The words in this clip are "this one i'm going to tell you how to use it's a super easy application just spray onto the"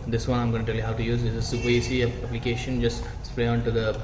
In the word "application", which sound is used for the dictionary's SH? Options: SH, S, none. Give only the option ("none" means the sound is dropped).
SH